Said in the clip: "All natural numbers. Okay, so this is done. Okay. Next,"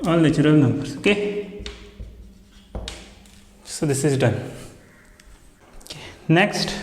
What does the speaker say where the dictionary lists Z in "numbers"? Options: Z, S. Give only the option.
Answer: S